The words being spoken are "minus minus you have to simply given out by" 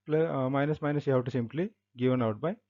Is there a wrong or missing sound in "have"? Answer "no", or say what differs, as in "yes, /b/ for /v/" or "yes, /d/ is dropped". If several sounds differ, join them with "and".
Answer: yes, /w/ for /v/